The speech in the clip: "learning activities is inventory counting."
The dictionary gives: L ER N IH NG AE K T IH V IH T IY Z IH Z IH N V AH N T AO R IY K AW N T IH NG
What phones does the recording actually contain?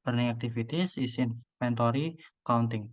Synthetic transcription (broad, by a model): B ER N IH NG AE K T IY F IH T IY S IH S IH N P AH N T AO R IY K AW N T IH NG